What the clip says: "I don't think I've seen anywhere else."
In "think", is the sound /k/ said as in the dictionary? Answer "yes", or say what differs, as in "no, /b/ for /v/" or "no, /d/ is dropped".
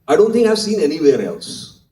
no, /k/ is dropped